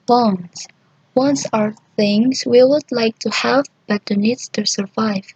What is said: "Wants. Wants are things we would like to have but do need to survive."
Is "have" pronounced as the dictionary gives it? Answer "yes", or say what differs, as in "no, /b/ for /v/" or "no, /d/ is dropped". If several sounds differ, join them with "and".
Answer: yes